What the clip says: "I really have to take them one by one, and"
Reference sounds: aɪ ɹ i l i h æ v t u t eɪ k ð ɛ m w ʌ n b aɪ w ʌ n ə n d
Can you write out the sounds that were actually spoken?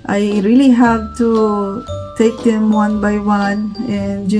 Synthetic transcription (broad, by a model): aɪ ɹ i l i h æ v t u t eɪ k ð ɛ m w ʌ n b aɪ w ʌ n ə n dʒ